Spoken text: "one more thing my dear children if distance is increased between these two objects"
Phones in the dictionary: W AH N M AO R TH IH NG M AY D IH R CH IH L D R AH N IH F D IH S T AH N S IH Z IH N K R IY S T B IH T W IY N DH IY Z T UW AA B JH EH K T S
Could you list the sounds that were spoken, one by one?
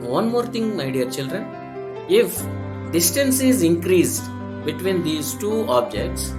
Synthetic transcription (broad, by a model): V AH N M AO R T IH NG M AY D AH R CH IH L D R AH N IH F D IH S T AH N S IH Z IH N K R IY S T B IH T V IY N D IY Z T UW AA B JH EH K T S